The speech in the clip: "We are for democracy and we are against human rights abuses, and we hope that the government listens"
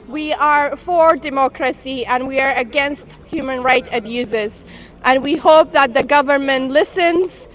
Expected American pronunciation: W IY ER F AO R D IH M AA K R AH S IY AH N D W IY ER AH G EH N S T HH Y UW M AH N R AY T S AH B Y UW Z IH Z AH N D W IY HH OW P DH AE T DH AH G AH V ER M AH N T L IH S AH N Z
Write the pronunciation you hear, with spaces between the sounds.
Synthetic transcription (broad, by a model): W IY ER F AO R D IH M AA K R AH S IY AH N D W IY ER AH G EH N S T HH Y UW M AH N R AY T AH B Y UW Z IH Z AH N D W IY HH OW P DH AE T DH AH G AH V ER M AH N T L IH S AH N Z